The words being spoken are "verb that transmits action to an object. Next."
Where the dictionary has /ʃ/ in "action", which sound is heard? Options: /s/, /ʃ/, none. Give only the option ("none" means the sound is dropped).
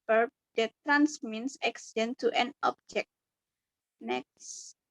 /s/